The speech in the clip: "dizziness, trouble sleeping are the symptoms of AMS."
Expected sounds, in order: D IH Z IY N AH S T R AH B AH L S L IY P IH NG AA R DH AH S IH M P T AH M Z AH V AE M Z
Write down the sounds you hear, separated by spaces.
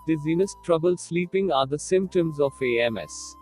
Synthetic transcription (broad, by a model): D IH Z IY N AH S T R AH B AH L S L IY P IH NG AA R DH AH S IH M P T AH M Z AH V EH M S